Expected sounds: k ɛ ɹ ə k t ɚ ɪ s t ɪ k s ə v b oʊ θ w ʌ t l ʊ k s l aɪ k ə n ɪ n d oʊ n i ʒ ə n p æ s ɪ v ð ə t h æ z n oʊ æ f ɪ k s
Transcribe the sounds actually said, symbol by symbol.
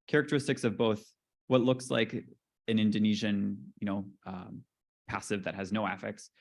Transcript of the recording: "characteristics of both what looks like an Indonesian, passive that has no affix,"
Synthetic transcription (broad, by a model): k ɛ ɹ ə k t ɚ ɪ s t ɪ k s ə v b oʊ θ w ʌ t l ʊ k s l aɪ k ə n ɪ n d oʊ n i ʒ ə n p æ s ɪ v ð ə t h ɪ z n oʊ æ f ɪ k s